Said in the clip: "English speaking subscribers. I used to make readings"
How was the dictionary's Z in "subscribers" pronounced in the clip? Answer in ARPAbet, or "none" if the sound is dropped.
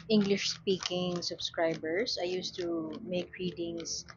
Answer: S